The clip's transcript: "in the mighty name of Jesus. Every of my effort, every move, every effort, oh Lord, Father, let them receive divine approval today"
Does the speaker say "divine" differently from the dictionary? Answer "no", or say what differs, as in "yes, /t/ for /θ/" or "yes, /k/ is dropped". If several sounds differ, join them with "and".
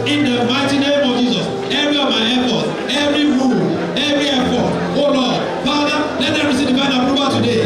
yes, /b/ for /v/